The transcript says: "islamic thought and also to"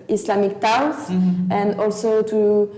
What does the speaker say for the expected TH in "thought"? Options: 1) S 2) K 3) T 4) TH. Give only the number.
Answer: 3